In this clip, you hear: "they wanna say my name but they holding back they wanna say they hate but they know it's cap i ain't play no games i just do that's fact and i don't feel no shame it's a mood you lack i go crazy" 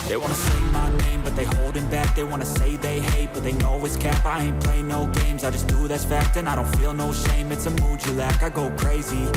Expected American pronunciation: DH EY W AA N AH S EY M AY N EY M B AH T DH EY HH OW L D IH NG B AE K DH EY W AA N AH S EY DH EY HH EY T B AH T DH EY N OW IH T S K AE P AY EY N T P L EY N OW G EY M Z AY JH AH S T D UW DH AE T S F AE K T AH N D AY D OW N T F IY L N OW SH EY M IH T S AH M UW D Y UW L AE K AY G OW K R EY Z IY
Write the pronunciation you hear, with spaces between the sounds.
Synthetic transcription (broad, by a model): DH EY W AA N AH S EY M AY N EY M B AH T DH EY HH OW L D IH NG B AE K DH EY W AA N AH S EY DH EY HH EY T B AH T DH EY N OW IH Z K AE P AY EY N P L EY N OW G EY M Z AY JH AH S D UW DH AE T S F AE K T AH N AY D OW N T F IY L N OW SH EY M IH T S AH M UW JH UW L AE K AY G OW K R EY Z IY